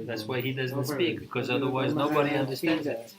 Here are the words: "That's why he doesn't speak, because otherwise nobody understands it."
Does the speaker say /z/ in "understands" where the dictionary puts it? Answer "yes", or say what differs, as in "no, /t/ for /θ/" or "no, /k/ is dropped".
yes